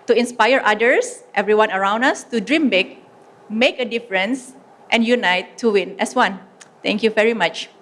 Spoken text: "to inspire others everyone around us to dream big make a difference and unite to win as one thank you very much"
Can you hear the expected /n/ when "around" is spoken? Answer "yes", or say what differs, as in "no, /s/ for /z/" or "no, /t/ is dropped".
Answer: yes